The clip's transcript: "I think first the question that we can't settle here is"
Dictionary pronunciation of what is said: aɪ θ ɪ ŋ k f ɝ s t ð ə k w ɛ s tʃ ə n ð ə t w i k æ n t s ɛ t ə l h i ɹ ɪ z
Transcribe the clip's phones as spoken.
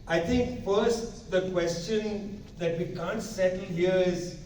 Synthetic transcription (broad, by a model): aɪ t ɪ ŋ k f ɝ s t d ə k w ɛ s tʃ ə n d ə t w i k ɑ n t s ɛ t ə l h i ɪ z